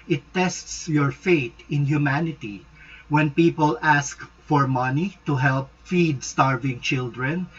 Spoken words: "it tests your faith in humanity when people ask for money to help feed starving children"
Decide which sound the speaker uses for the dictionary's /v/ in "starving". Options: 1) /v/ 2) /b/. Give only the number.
1